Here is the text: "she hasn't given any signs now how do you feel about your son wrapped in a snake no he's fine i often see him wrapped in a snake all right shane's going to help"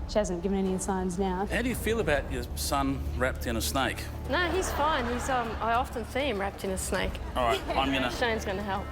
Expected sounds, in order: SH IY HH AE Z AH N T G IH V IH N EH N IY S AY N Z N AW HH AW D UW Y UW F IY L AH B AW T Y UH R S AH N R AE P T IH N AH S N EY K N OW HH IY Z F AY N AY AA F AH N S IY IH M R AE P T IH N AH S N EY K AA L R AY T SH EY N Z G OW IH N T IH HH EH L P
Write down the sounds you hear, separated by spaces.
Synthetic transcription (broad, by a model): SH IY HH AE Z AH N G IH V IH N EH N IY S AY N Z N AW HH AW D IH Y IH F IY L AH B AW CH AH R S AH N R AE P T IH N AH S N EY K N OW HH IY Z F AY N AY AA F AH N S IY IH M R AE P T IH N AH S N EY K AA L R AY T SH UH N Z G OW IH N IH HH EH L P